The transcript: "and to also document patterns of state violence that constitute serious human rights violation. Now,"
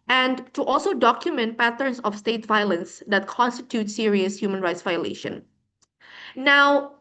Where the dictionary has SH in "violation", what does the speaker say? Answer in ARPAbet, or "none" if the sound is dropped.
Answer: SH